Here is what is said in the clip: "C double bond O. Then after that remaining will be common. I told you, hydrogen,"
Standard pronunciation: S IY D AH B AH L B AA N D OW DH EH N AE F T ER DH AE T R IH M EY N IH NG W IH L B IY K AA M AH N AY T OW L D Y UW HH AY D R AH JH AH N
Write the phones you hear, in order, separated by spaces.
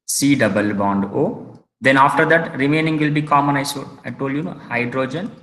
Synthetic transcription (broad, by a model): S IY D AH B AH L B AA N D OW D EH N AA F T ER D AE T R IH M EY N IH NG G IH L B IY K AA M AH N AY T OW L D Y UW HH AY D R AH JH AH N